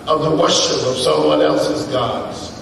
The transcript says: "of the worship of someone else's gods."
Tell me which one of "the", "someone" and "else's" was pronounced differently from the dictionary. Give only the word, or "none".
none